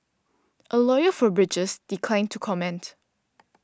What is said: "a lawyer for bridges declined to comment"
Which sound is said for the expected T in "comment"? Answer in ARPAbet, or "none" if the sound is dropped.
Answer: T